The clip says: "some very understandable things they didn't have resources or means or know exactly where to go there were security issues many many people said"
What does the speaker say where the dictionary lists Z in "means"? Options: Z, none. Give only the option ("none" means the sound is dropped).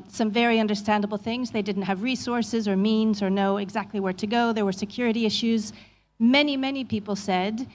Z